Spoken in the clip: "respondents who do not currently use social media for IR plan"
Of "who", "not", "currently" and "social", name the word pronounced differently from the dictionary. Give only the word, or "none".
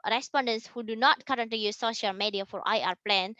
currently